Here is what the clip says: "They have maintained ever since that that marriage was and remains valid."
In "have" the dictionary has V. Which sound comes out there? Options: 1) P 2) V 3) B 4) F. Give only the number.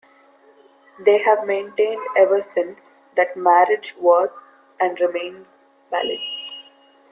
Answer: 2